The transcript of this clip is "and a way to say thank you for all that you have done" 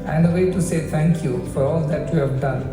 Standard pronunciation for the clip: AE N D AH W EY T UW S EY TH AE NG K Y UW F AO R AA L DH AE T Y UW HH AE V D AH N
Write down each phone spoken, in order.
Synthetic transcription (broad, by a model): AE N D AH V EY T UW S EY T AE NG K Y UW F AO R AA L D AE T Y UW HH AE V D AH N